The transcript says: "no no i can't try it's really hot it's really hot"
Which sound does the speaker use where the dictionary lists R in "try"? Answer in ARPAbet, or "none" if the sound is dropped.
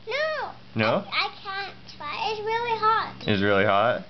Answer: none